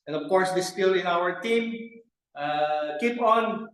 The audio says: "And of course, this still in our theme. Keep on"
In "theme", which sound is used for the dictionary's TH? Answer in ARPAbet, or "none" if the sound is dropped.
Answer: T